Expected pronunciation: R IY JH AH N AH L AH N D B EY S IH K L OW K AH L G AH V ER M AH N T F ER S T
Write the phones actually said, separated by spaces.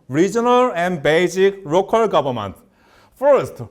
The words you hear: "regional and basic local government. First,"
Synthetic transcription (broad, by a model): R IY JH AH N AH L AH N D B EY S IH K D OW K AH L G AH B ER M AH N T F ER S T